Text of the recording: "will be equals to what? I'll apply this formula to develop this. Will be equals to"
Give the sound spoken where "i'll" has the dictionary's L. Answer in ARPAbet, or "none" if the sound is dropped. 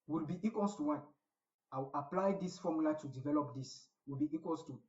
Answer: W